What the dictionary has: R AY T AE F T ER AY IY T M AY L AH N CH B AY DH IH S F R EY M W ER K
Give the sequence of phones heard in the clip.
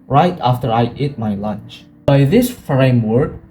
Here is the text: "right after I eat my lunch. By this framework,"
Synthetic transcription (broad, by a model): R AY T AE F T ER AY IY T M AY L AH N CH B AY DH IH S F R EY M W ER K